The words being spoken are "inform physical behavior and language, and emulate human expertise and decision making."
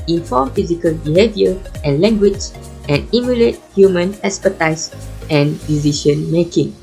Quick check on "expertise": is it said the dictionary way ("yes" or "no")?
no